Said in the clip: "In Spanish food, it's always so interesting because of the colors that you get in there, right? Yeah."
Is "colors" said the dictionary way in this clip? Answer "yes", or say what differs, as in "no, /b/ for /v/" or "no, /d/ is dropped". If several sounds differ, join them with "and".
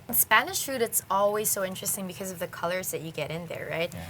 yes